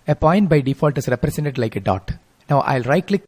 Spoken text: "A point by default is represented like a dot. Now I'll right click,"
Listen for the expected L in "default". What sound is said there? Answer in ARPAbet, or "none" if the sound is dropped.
L